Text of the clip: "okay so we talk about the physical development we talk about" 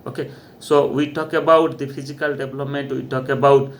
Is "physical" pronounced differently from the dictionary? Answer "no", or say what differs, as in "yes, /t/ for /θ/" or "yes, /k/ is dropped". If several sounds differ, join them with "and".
yes, /p/ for /f/